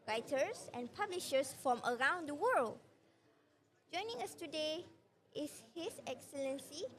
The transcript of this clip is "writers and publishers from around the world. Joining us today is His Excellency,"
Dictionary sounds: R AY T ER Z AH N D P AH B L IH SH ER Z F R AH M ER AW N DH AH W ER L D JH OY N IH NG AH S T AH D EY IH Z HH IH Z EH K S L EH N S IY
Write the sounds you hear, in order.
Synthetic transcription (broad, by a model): R AY T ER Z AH N P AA B L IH SH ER S F R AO M ER AW N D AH W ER L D JH OY N IH NG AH S T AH D EY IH S HH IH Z EH K S L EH N S IY